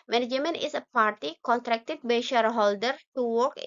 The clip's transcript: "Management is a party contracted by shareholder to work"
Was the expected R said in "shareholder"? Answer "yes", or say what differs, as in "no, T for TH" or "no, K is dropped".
yes